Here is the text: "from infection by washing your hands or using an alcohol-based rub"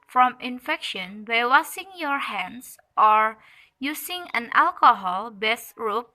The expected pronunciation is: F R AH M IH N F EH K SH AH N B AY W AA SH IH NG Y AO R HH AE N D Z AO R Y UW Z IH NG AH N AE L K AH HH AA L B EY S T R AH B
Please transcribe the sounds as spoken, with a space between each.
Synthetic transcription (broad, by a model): F R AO M IH N F EH K SH AH N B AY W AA S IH NG Y AO R HH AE N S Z AO R Y UW S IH NG AH N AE L K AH HH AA L B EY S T R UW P